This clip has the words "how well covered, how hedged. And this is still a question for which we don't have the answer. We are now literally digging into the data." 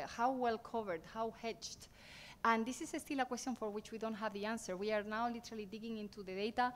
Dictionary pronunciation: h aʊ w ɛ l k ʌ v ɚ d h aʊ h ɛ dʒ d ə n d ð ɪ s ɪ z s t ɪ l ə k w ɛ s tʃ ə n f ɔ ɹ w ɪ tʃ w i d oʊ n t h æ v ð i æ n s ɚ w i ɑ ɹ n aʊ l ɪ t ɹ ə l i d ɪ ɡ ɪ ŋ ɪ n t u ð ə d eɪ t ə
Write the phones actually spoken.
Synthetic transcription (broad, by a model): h aʊ w ɛ l k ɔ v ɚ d h aʊ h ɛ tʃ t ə n d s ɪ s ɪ s t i l ə k w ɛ s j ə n f ɔ ɹ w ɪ tʃ w i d oʊ n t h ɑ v ð i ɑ n s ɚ w i ɑ ɹ n aʊ l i t ɹ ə l i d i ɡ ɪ ŋ ɪ n t u ð ə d eɪ t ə